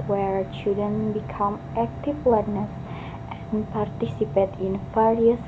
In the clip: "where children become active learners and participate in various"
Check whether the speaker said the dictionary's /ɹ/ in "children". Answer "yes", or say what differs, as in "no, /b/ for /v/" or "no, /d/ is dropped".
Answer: no, /ɹ/ is dropped